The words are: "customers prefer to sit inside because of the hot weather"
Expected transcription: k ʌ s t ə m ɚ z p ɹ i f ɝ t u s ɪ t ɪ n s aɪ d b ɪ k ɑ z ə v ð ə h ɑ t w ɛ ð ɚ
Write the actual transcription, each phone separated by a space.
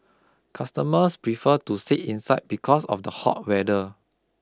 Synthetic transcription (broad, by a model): k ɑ s t ə m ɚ s p ɹ i f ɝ t u s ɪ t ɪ n s aɪ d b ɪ k ɑ s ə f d ə h ɑ t w ɛ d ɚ